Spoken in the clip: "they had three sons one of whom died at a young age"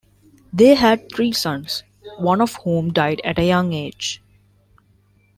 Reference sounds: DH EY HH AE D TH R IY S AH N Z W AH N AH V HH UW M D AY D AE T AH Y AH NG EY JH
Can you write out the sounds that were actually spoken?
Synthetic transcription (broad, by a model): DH EY HH AE D T R IY S AH N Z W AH N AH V HH UW M D AY D AE T AH Y AH NG EY JH